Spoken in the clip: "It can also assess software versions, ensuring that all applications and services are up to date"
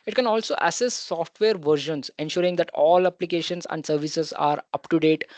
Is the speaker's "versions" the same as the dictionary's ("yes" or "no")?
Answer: no